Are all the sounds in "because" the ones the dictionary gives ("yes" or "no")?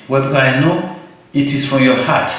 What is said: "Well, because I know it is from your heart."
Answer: no